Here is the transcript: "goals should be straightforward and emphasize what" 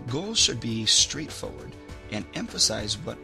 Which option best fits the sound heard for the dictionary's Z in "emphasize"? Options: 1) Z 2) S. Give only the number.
1